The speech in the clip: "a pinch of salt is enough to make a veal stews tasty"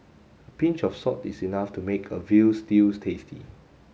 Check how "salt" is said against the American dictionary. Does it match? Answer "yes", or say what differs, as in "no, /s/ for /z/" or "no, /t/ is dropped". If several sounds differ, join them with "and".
no, /l/ is dropped